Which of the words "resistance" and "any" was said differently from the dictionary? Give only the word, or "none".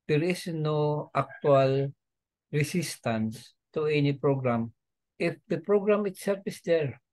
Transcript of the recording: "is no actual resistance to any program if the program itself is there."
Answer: resistance